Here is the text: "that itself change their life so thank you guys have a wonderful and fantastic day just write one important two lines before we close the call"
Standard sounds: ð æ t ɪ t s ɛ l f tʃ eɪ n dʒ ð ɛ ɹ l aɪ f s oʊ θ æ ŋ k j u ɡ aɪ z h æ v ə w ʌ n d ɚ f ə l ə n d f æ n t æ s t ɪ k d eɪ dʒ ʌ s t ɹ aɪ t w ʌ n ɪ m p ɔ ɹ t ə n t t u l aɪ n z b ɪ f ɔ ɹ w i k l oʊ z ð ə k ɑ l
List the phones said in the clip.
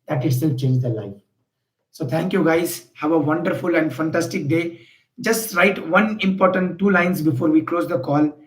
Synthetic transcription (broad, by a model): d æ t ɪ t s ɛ l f tʃ eɪ n dʒ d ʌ l aɪ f s oʊ t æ ŋ k j u ɡ aɪ z h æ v ə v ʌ n d ɚ f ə l ə n d f æ n t æ s t ɪ k d eɪ dʒ ʌ s t ɹ aɪ t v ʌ n ɪ m p ɔ ɹ t ə n t t u l aɪ n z b ɪ f ɔ ɹ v i k l oʊ z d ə k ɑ l